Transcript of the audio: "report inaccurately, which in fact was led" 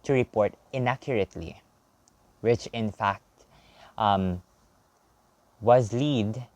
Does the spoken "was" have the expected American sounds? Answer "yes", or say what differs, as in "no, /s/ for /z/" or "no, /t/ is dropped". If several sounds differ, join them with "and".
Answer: yes